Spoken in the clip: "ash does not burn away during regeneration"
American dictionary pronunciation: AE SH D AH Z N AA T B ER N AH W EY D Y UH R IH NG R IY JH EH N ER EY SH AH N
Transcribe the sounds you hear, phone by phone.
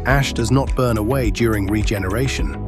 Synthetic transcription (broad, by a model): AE SH D AH Z N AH T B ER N AH W EY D Y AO R IH NG R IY JH EH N ER EY SH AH N